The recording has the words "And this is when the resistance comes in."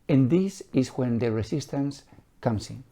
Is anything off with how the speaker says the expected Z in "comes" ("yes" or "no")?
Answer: yes